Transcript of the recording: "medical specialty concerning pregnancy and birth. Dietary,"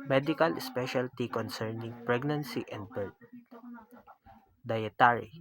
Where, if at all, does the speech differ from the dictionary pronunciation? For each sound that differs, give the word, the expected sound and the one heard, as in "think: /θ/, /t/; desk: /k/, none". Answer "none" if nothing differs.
birth: /θ/, /t/